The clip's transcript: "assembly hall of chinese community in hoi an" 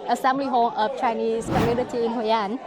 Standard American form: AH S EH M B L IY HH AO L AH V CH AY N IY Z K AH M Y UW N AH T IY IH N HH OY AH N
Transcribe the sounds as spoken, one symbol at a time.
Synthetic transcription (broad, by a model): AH S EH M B L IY HH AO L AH F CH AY N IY S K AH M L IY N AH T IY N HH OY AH N